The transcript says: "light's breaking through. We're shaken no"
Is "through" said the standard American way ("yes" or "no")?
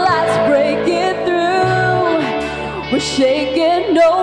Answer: yes